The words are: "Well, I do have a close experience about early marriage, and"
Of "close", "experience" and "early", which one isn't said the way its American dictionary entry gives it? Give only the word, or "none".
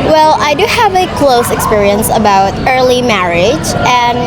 none